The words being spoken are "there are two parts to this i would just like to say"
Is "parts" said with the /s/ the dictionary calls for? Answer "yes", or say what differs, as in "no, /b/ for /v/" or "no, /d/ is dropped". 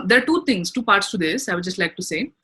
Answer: yes